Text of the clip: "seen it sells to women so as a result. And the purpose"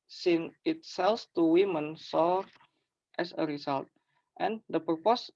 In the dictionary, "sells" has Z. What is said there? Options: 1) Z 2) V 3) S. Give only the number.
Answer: 3